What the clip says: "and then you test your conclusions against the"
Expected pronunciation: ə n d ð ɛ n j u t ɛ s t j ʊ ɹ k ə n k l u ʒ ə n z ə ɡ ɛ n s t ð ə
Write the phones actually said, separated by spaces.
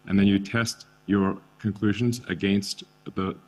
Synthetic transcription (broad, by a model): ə n ð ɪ n j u t ɛ s t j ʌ ɹ k ə n k l u ʒ ə n z ə ɡ ɛ n s t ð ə